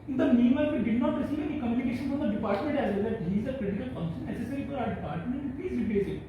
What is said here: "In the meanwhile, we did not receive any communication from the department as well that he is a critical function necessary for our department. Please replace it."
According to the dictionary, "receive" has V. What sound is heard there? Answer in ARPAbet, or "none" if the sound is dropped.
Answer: none